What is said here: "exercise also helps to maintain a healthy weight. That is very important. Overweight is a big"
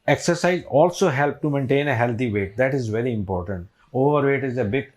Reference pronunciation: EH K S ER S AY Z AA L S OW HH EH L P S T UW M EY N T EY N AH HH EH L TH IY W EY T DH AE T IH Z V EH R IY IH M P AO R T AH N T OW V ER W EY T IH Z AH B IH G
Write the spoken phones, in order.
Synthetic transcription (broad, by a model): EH K S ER S AY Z AA L S OW HH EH L P T UW M EY N T EY N AH HH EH L T IY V EY T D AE T IH Z V EH R IY IH M P AO R T AH N T OW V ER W EY T IH Z AH B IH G